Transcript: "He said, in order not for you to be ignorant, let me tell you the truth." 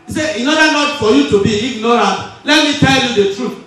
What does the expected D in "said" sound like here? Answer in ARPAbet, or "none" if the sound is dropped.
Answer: none